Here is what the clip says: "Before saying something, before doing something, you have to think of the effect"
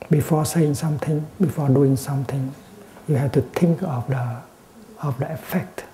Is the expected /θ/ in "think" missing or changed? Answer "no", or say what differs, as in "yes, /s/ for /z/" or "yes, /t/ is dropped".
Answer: yes, /t/ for /θ/